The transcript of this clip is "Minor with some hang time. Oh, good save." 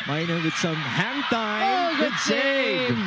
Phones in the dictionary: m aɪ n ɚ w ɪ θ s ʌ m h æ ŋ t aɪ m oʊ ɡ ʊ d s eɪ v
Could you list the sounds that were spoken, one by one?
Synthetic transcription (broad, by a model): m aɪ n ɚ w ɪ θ s ʌ m h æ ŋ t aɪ oʊ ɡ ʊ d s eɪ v